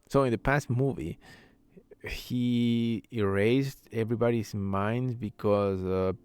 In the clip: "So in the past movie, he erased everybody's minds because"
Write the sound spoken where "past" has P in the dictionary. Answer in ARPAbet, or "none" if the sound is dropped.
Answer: P